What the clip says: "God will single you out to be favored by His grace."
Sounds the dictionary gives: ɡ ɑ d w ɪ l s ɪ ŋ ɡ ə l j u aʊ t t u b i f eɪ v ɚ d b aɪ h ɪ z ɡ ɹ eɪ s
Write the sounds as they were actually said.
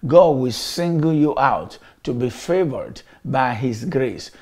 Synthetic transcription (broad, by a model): ɡ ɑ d w ɪ l s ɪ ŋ ɡ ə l j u aʊ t t u b i f eɪ v ɚ d b aɪ h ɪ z ɡ ɹ eɪ s